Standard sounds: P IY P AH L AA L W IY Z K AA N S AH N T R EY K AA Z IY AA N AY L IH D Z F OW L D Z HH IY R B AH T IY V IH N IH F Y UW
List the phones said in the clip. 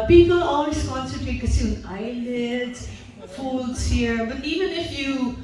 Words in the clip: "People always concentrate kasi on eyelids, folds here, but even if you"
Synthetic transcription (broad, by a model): P IY P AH L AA L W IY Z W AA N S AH T EY K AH S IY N AY L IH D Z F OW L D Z HH IY R B AH T IY V IH N IH F Y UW